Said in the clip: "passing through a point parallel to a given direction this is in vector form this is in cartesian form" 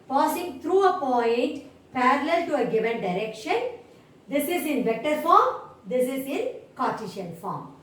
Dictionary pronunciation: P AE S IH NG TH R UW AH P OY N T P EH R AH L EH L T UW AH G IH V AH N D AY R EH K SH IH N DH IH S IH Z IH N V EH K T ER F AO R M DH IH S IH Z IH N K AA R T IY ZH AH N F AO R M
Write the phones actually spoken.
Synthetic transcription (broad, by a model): P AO S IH NG T R UW AH P OY N T P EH R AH L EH L T UW AH G IH V AH N D AY R EH K SH IH N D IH S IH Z IH N V EH K T ER F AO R M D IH S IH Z IH N K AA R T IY SH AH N F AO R M